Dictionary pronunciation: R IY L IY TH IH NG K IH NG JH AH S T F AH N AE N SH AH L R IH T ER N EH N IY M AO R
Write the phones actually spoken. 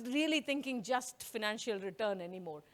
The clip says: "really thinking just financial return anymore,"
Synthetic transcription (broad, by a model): R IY L IY T IH NG K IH NG JH AH S T F AH N AE N SH AH L R IH T ER N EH N IY M AO R